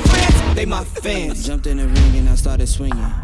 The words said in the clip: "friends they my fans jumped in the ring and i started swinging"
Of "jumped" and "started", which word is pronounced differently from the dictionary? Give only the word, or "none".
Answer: none